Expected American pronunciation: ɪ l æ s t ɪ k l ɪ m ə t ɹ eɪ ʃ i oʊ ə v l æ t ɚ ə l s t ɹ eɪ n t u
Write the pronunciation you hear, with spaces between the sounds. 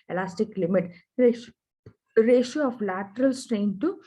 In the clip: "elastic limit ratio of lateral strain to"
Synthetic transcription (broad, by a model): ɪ l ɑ s t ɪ k l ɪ m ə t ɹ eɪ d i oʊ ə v l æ t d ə l s t ɹ eɪ n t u